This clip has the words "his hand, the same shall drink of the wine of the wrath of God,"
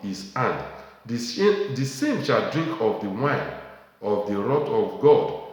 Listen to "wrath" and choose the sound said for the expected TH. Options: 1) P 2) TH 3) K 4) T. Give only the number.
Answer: 4